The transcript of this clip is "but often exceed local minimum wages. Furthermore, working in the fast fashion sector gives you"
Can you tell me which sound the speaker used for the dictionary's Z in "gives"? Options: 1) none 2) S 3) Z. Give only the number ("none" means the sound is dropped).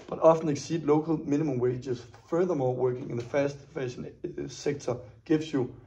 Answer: 2